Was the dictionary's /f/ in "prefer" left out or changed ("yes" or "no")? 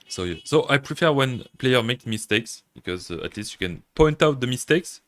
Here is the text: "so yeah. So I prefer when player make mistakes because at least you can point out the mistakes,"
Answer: no